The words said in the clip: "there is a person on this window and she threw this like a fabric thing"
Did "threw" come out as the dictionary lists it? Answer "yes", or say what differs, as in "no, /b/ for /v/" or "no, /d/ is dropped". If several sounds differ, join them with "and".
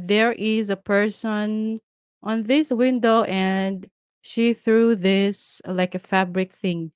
yes